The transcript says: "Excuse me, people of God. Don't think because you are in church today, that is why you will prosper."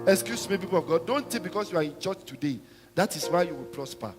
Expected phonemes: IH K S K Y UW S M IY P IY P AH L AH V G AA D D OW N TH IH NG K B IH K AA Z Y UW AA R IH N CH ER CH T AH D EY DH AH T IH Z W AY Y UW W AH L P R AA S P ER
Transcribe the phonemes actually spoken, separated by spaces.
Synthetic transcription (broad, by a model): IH K S K Y UW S M IY P IY P AH L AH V G AA D D OW N T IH B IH K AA S Y UW AA R IH N CH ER CH T AH D EY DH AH T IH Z W AY Y UW W AH L P R AA S P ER